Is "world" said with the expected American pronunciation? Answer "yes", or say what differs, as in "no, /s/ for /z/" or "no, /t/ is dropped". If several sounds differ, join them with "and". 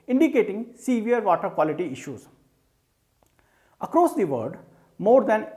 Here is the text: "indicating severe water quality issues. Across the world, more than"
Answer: no, /l/ is dropped